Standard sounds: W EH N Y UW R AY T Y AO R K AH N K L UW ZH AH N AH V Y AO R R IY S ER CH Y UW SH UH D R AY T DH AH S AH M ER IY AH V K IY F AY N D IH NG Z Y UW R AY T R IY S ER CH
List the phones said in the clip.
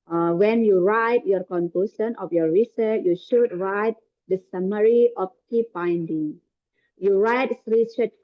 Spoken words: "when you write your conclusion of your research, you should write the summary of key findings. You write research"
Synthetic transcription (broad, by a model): W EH N Y UW R AY T Y AO R K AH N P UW S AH N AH F Y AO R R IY S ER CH Y UW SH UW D R AY T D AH S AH M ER IY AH F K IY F AY N D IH NG Y UW R AY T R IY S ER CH